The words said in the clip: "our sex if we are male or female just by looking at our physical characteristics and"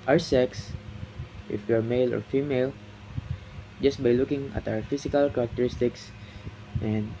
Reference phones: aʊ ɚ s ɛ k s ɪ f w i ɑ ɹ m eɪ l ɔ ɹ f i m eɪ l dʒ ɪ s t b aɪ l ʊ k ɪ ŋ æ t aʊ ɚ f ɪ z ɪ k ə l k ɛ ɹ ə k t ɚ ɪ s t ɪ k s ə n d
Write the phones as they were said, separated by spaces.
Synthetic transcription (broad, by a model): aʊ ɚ s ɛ k s ɪ f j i ɑ ɹ m eɪ l ɔ ɹ f i m eɪ l dʒ ɪ s t b aɪ l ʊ k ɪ ŋ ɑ t aʊ ɚ f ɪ s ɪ k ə l k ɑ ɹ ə k t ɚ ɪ s t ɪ k s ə n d